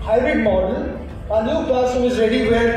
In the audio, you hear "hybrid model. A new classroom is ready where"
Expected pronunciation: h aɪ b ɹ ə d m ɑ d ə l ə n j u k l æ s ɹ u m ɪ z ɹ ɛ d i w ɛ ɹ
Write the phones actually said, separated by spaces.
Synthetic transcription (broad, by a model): h aɪ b ɹ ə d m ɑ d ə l ə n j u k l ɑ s ɔ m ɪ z ɹ ɛ d i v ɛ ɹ